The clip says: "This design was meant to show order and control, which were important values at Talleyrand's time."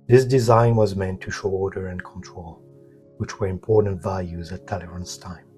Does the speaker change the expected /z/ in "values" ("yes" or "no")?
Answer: no